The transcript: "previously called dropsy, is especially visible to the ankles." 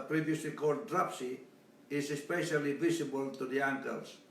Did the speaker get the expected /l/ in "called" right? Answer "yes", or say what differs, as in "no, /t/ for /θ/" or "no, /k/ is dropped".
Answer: no, /l/ is dropped